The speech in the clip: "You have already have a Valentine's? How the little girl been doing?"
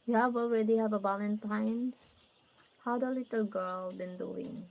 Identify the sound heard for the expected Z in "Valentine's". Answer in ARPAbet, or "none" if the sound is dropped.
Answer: none